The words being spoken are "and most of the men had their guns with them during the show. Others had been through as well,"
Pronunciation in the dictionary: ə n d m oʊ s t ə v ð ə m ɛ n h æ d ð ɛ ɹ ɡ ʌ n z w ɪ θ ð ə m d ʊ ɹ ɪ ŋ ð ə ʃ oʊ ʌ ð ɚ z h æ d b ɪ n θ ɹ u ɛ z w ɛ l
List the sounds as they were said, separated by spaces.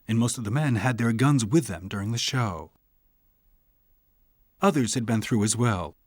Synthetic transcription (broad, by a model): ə n m oʊ s t ə v ð ə m ɛ n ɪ d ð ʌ ɹ ɡ ʌ n z w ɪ ð ə m d ʊ ɹ ɪ ŋ ð ə ʃ oʊ ʌ ð ɚ z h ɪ d b ɪ n θ ɹ u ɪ z w ɛ l